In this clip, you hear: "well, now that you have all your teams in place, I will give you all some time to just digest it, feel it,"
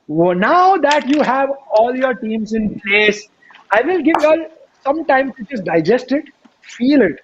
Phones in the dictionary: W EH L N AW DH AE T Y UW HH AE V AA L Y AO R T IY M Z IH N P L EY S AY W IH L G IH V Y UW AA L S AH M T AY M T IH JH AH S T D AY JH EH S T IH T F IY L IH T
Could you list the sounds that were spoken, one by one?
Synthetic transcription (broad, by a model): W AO N AW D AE T Y UW HH AE V AA L Y AO R T IY M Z IH N P L EY S AY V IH L G IH V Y AA L S AH M T AY M S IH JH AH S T D AY JH EH S T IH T F IY L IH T